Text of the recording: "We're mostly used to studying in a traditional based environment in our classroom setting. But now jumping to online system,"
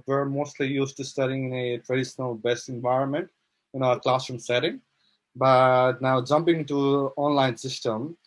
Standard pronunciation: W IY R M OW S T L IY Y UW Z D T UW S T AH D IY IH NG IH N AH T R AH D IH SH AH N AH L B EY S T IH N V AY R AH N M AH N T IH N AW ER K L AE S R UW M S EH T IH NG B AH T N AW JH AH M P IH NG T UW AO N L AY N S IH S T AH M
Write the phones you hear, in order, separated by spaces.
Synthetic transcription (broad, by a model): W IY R M OW S T L IY Y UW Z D T UW S T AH D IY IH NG IH N AH T R AH D IH SH AH N AH L B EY S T IH N V AY R AH N M AH N T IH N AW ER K L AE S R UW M S EH T IH NG B AH T N AW JH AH M P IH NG T UW AO N L AY N S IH S T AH M